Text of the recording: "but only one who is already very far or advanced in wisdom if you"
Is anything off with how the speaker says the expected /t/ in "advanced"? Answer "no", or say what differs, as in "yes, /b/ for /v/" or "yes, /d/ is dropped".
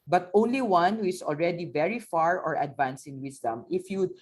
yes, /t/ is dropped